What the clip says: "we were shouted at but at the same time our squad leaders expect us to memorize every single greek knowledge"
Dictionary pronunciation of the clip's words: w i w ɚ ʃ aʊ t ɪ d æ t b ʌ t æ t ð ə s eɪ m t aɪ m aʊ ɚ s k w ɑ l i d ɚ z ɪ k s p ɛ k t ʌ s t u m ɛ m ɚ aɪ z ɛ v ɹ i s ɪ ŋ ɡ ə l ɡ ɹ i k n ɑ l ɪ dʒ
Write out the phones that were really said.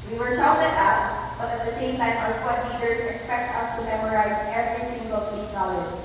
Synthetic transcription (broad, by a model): w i w ɚ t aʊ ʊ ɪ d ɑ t b ʌ t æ t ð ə s eɪ m t aɪ m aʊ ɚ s w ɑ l i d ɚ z ɪ k s p ɛ k t ʌ s t u m ɛ m ɚ aɪ z ɛ v ɹ i s ɪ ŋ ɡ ə l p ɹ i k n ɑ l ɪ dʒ